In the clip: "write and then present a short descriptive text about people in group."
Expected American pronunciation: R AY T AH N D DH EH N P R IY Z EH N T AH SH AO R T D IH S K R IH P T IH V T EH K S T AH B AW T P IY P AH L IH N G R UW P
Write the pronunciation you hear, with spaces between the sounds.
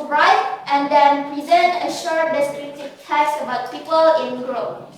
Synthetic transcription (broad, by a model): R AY T AH N D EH N P R IY Z EH N T AH SH AO R T D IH S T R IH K T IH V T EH S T AH B AW T P IY P AH L IH N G R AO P